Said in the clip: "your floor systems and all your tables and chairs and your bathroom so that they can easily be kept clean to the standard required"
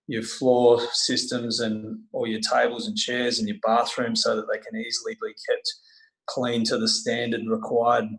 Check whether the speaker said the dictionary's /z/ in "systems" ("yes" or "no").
yes